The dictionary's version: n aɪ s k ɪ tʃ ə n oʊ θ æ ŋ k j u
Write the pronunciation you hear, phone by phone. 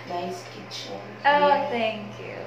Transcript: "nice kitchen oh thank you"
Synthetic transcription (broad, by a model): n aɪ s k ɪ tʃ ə oʊ θ æ ŋ k j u